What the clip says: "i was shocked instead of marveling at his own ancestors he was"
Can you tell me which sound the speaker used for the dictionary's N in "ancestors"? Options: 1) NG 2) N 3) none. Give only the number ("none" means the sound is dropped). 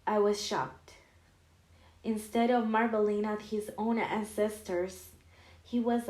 2